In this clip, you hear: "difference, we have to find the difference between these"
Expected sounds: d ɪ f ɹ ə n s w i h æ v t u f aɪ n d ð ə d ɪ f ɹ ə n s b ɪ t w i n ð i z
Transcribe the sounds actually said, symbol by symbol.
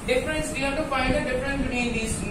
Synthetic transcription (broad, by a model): d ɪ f ɹ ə n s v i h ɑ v t u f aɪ d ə d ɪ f ɹ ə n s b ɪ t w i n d i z